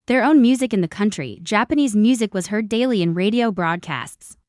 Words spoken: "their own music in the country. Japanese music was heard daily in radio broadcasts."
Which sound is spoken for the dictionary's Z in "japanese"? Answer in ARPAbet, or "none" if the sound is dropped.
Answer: Z